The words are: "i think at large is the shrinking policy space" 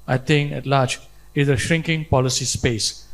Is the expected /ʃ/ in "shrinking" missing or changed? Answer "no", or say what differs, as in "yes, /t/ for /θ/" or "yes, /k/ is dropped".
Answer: no